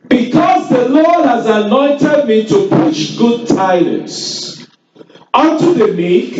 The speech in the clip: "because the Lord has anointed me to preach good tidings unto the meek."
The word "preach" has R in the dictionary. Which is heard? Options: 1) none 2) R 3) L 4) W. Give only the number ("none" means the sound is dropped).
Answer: 1